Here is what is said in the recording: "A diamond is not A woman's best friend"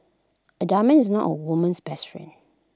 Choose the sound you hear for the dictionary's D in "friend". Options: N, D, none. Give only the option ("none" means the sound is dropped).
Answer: none